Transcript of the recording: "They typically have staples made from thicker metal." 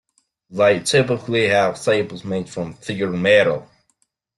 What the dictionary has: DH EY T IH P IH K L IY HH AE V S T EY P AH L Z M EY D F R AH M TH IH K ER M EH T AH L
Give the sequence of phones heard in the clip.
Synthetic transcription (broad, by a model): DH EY T IH P IH K L IY HH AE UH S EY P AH Z M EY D F R AH M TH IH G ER M EH T AH L